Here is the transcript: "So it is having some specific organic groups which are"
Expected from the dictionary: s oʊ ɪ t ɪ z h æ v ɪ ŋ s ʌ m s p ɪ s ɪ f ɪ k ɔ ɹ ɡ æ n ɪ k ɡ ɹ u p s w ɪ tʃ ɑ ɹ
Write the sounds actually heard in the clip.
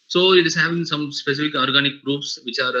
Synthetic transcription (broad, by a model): s oʊ ɪ t ɪ z h æ v ɪ ŋ s ʌ m s p ɪ s ɪ f ɪ k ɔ ɹ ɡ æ n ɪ k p ɹ u f s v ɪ tʃ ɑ ɹ